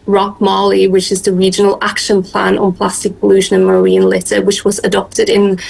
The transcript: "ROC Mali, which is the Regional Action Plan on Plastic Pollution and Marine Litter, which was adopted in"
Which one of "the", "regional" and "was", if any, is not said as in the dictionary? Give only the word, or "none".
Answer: none